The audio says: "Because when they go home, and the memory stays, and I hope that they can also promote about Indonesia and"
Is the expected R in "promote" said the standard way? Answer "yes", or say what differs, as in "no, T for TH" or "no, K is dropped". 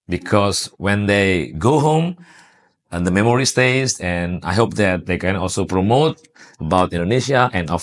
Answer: yes